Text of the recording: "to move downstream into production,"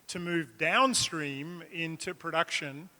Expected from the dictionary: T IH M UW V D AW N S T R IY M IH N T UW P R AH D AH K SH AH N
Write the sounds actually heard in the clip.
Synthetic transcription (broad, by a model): T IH M UW V D AW N S T R IY M IH N T UW P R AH D AH K SH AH N